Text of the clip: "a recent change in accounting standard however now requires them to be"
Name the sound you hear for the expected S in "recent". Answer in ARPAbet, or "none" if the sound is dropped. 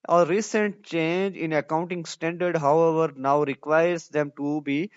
S